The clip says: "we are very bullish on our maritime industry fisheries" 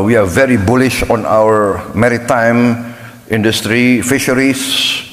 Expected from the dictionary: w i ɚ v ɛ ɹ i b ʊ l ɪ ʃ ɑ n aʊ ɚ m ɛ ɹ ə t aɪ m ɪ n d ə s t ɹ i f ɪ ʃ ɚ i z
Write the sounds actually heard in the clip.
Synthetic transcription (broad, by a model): w i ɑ v ɛ ɹ i b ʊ l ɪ ʃ ɑ n aʊ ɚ m ɛ ɹ ə t aɪ m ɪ n d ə s t ɹ i f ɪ ʃ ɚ i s